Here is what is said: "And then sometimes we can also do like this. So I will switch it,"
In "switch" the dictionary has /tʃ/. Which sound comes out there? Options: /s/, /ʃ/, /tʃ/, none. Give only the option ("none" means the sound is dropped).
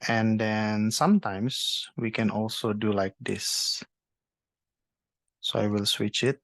/tʃ/